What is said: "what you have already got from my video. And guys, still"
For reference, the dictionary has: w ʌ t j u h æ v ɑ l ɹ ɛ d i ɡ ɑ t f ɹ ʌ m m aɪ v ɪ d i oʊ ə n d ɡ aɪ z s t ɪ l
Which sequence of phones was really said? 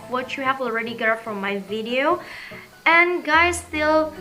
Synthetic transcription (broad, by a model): w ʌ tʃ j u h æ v ɑ l ɹ ɛ d i ɡ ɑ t f ɹ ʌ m m aɪ v ɪ d i oʊ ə n ɡ aɪ z s t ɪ l